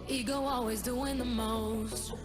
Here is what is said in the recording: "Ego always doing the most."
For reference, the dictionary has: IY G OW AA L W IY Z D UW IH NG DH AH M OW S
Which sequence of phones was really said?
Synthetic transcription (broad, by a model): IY G OW AA L W IY Z D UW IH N DH AH M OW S